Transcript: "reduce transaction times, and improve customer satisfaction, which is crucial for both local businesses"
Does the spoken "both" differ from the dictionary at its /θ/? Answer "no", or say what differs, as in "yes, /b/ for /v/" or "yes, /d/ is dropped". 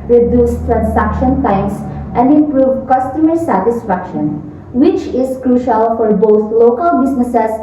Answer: yes, /t/ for /θ/